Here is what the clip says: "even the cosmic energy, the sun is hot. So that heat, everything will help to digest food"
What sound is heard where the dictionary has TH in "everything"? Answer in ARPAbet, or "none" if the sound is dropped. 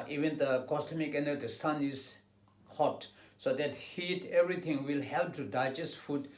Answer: T